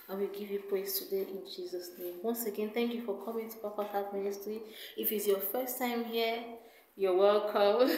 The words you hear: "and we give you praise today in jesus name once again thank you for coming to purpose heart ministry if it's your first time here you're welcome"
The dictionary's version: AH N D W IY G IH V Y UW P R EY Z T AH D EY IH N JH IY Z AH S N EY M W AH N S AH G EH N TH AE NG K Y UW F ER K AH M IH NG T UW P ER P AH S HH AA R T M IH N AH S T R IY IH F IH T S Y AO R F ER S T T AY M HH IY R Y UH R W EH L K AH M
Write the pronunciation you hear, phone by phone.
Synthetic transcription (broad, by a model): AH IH W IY G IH V Y UW P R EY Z T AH D EY IH N JH IY Z AH S N EY M W AH N S AH G EH N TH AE NG K Y UW F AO K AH M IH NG T UW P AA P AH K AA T M IH N AH S T R IY IH F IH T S Y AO F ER S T T AY M HH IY Y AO W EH L K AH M